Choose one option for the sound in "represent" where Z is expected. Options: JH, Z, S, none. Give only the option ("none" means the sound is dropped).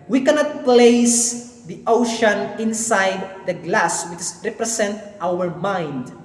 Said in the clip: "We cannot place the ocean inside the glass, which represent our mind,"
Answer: S